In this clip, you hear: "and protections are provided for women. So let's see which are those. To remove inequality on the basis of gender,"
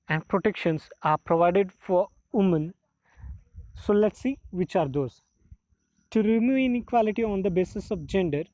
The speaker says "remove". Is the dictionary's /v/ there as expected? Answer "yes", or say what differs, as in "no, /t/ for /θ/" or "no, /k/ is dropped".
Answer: no, /v/ is dropped